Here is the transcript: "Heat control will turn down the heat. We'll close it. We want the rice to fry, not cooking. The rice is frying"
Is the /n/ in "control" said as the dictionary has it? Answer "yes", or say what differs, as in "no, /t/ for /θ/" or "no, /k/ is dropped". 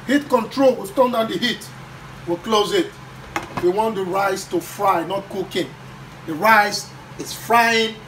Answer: yes